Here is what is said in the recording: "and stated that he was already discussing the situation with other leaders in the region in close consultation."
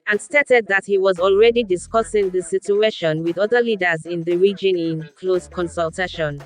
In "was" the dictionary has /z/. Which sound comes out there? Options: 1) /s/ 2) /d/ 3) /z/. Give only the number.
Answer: 3